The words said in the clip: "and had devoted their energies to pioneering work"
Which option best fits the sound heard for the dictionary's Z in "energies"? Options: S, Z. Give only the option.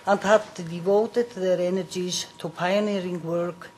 S